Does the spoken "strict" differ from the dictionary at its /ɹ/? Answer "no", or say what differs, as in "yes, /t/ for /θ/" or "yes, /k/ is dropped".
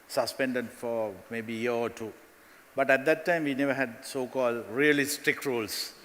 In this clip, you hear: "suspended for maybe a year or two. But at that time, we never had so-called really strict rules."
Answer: yes, /ɹ/ is dropped